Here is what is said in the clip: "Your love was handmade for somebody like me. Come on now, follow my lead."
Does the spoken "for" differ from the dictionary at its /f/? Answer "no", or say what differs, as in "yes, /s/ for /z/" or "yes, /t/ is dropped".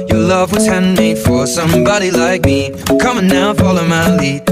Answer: no